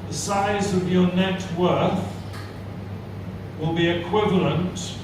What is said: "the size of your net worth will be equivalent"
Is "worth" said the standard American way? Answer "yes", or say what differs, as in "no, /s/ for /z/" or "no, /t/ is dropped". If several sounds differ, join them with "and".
yes